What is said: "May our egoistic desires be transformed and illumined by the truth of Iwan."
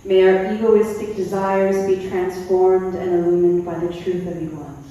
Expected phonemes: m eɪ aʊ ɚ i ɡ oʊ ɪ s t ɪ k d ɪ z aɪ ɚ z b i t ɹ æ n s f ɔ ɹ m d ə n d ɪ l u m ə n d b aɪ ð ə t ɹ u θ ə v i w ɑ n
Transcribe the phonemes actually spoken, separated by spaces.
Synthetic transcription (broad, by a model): m eɪ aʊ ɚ i ɡ oʊ ɪ s t ɪ k d ɪ z aɪ ɚ z b i t ɹ æ n s f ɔ ɹ m d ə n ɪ l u m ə n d b aɪ ð ə t ɹ u θ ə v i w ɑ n